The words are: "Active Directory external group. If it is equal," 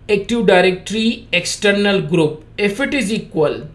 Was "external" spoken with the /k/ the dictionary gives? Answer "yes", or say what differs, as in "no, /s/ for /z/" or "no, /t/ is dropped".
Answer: yes